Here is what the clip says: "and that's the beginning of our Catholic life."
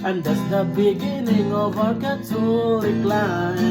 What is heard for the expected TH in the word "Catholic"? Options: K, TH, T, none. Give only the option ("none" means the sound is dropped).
T